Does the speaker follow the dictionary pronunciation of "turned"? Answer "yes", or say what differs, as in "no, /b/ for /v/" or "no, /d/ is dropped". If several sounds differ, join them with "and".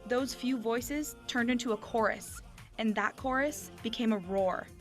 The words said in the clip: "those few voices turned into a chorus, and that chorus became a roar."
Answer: yes